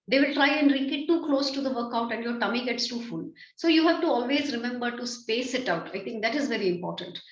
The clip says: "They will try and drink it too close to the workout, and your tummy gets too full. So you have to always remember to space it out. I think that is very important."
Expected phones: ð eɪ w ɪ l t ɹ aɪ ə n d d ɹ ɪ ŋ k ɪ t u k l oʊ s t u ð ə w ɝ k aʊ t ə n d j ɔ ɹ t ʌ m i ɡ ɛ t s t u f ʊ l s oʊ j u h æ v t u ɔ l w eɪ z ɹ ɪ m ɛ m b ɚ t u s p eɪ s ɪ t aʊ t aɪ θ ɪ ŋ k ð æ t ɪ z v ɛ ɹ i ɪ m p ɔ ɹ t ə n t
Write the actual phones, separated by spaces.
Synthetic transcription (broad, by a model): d eɪ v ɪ l t ɹ aɪ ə n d d ɹ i k ɪ t u k l oʊ s t u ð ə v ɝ k aʊ t ə n d j ɔ ɹ t ʌ m i ɡ ɛ t s t u f ʊ l s oʊ j u h æ v t u ɔ l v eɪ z ɹ ɪ m ɛ m b ɚ t u s p eɪ s ɪ t aʊ t aɪ t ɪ ŋ k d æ t ɪ z v ɛ ɹ i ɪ m p ɔ ɹ t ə n t